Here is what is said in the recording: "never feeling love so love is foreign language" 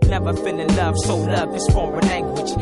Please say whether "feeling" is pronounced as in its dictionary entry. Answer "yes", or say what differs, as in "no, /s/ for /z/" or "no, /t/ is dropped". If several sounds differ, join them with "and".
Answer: no, /n/ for /l/